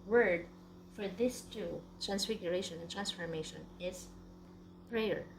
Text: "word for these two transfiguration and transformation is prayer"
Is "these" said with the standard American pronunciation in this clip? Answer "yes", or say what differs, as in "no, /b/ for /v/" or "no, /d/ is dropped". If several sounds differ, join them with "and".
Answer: no, /s/ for /z/